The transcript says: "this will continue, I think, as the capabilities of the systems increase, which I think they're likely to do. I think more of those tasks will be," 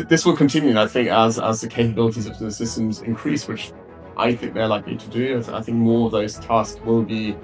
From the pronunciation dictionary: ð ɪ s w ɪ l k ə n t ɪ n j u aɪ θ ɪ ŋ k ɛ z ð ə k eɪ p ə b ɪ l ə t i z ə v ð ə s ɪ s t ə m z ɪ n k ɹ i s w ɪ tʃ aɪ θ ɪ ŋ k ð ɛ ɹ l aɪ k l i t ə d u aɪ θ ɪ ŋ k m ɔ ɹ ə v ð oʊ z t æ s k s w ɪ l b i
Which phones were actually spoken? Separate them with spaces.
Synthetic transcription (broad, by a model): ð ɪ s w ɪ l k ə n t ɪ n j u aɪ θ ɪ ŋ k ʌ z ð ə k eɪ p ə b ɪ l ə t i z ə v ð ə s ɪ s t ə m z ɪ n k ɹ i s w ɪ tʃ aɪ θ ɪ ŋ k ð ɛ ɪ l aɪ k l i t ə d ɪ aɪ θ ɪ ŋ k m ɔ ɹ ə v ð oʊ z t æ s k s w ɪ l b i